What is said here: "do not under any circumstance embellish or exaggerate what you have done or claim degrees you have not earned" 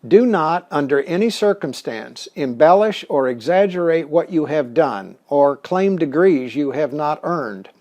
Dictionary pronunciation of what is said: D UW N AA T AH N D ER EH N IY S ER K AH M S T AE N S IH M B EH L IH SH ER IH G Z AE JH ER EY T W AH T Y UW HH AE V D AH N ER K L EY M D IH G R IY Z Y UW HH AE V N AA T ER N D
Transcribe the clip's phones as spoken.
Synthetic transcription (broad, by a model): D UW N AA T AH N D ER EH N IY S ER K AH M S T AE N S IH M B EH L IH SH ER IH G Z AE JH ER EY T W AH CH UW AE V D AH N ER K L EY M D IH G R IY Z Y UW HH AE V N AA T ER N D